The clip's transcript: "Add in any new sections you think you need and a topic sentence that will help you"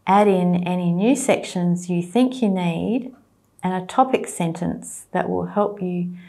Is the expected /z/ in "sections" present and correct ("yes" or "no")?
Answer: yes